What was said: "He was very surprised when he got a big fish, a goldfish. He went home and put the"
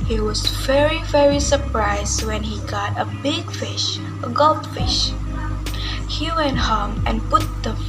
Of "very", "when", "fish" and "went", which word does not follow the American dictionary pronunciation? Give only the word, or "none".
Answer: none